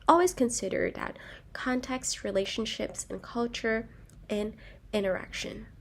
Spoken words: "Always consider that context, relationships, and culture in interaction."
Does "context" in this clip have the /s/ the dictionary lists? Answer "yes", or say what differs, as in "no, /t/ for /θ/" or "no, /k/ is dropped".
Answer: yes